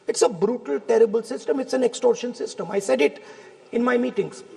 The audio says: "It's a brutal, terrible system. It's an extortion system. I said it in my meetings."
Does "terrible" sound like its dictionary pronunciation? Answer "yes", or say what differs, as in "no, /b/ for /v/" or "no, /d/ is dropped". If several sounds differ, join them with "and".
yes